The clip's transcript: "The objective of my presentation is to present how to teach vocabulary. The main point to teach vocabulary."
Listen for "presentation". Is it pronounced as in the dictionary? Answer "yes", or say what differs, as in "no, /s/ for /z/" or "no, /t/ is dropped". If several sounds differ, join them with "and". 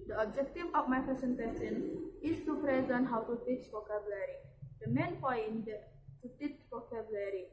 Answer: no, /ɹ/ is dropped and /s/ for /z/